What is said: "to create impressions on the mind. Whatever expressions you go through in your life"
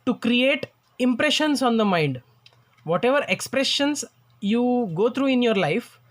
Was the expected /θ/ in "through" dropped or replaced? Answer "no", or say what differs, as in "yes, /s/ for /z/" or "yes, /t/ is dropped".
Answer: yes, /t/ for /θ/